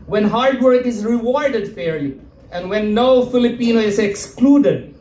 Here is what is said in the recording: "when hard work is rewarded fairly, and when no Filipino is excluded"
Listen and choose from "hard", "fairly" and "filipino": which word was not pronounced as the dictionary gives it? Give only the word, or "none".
fairly